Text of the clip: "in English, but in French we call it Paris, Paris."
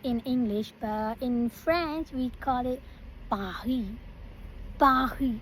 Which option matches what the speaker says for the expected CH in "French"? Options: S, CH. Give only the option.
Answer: S